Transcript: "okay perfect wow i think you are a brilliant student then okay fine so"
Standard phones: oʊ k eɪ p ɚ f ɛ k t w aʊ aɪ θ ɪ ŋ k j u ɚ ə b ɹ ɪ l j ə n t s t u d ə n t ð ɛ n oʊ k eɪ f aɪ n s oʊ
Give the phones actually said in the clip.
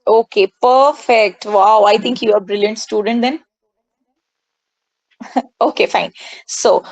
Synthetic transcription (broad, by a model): oʊ k eɪ p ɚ f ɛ k t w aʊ aɪ t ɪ ŋ k j u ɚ ə b ɹ ɪ l j ə n t s t u d ə n t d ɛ n oʊ k eɪ f aɪ n s oʊ